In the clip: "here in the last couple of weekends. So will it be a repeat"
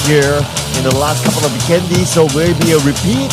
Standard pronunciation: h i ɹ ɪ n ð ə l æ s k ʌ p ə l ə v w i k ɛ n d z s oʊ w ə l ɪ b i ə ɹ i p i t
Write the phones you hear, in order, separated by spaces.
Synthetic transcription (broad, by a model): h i ɹ ɪ n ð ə l æ s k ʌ p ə l ə v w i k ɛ n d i s oʊ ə w ɪ b i ə ɹ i p i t